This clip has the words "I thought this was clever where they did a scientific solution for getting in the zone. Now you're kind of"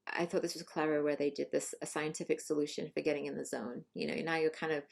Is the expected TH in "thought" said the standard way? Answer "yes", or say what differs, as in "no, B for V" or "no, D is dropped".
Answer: yes